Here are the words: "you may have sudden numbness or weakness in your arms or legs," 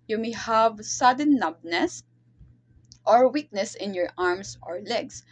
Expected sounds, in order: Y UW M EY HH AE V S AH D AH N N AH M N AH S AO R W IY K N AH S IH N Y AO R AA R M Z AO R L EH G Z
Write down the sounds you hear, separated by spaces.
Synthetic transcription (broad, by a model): Y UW M EY HH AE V S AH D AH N N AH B N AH S AO R W IY K N AH S IH N Y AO R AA R M S AO R L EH G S